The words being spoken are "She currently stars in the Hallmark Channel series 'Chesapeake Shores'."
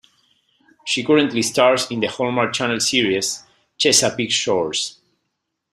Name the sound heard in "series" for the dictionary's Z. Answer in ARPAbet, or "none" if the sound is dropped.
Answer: S